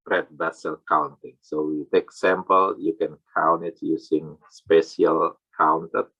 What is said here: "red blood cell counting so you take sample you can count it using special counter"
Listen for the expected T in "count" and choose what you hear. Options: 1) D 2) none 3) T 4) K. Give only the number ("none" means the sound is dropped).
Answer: 2